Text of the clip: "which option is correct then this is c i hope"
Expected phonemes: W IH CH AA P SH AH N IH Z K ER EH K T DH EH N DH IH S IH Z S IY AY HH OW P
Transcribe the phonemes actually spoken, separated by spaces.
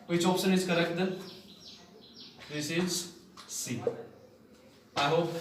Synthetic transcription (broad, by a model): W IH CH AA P S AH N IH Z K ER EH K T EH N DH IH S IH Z S IY AY HH OW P